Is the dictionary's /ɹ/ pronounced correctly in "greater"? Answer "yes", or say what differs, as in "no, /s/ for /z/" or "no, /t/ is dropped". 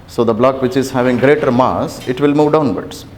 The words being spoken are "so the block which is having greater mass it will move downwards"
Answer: yes